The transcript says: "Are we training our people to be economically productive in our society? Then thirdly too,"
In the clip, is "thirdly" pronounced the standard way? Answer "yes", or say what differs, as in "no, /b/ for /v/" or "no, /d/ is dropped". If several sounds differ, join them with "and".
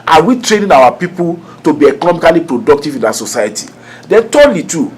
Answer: no, /t/ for /θ/